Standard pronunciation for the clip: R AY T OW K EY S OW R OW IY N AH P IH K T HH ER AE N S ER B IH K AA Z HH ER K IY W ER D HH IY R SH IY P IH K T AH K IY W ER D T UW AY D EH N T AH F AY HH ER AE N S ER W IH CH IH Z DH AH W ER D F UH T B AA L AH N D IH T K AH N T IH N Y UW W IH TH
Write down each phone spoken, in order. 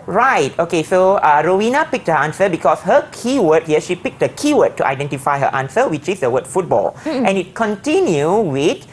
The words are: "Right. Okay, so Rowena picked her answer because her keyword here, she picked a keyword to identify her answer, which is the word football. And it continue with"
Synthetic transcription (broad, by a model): R AY T OW K EY S OW R OW IY N AH P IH K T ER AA N S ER B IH K AA S HH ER K IY W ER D HH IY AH SH IY P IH K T AH K IY W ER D T UW AY D EH N T AH F AY HH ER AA N S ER W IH CH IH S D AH W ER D F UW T B AA L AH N IH T K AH N T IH N Y UW W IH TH